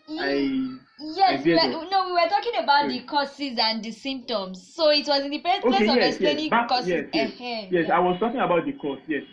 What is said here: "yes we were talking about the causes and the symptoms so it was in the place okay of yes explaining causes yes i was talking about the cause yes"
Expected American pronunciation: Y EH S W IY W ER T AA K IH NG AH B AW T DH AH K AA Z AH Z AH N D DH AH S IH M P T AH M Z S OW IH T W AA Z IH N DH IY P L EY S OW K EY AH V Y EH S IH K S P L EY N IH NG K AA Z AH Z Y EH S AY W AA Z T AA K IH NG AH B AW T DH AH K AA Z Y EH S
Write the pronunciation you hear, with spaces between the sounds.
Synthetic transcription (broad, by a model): Y EH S W IY W ER T AA K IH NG AH B AW T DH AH K AA S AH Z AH N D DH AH S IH M P T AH M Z S OW IH T W AA Z IH N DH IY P EY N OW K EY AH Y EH IH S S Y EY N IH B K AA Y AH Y Y EH S AY W AA Z T AA K IH NG AH B AW T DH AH K AA S Y EH S